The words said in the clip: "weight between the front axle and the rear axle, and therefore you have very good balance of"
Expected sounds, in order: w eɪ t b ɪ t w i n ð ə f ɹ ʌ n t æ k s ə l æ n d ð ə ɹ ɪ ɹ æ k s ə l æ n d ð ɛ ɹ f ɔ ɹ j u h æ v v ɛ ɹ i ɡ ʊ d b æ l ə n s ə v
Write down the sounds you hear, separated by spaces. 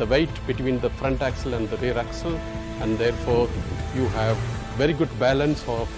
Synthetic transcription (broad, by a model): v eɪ t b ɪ t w i n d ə f ɹ ʌ n t æ k s ə l æ n d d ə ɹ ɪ ɹ æ k s ə l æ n d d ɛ ɹ f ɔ ɹ j u h æ v v ɛ ɹ i ɡ ʊ d b æ l ə n s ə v